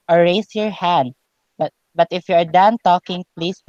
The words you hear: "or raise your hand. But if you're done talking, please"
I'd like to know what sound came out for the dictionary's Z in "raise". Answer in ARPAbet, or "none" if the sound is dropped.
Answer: S